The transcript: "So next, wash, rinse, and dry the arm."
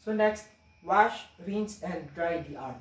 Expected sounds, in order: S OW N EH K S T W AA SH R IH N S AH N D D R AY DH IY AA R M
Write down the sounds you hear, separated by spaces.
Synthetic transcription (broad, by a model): S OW N EH K S T W AA SH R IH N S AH N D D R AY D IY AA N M